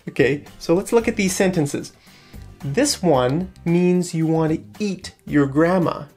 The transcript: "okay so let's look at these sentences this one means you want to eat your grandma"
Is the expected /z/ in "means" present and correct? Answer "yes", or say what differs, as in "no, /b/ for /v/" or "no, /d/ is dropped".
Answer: yes